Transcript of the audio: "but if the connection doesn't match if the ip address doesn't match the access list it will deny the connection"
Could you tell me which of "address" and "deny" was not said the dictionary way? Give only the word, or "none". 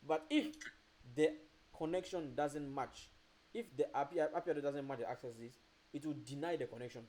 address